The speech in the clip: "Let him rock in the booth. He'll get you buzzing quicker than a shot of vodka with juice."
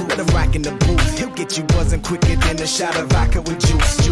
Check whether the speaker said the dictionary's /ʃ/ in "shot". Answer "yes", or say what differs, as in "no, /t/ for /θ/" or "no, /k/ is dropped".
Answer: yes